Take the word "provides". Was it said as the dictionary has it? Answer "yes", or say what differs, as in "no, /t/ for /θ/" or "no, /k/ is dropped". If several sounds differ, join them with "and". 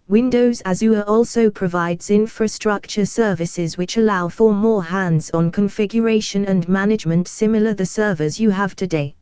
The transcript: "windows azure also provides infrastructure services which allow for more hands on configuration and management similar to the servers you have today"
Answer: yes